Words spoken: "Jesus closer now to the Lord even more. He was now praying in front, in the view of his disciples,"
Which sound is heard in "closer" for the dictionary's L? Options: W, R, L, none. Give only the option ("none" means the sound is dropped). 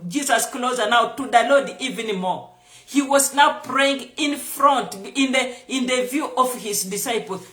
L